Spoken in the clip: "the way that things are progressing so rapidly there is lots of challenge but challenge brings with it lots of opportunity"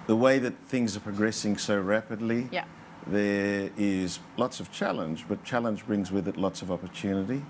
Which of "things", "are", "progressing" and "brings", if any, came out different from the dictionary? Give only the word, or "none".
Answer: none